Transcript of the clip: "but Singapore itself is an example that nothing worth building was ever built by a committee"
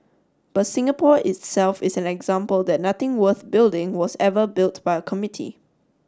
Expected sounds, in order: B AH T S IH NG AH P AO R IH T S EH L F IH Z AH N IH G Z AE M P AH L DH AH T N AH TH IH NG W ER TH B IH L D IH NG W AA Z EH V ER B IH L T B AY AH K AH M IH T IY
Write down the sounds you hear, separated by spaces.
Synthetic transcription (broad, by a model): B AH T S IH NG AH P AO IH T S EH L F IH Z AH N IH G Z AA M P AH L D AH T N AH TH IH NG W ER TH B IH L D IH NG W AA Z EH V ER B IH L T B AY AH K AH M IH T IY